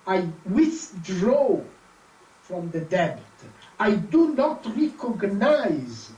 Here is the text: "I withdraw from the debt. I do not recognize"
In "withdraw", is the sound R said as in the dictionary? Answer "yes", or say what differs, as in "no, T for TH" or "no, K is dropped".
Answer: yes